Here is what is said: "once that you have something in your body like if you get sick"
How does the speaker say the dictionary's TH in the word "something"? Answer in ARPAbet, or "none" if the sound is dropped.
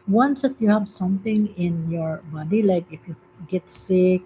T